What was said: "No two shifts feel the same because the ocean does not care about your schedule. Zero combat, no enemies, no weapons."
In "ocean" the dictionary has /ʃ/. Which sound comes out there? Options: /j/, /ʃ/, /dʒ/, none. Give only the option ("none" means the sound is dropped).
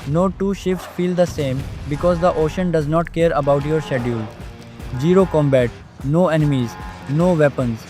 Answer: /ʃ/